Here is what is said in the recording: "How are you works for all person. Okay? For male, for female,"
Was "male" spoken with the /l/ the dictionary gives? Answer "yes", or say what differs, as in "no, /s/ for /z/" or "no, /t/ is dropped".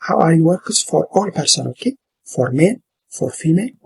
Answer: no, /n/ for /l/